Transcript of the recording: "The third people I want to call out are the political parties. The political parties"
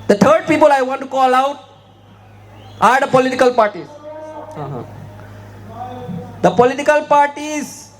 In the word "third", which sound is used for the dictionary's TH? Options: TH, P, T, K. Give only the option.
T